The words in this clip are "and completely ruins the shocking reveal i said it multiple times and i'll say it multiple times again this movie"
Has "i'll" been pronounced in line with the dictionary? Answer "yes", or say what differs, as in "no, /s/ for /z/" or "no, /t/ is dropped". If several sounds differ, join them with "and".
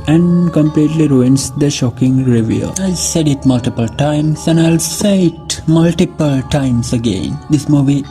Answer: yes